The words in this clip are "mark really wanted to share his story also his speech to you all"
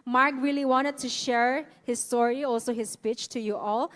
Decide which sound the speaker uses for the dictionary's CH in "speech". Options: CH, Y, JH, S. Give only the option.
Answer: CH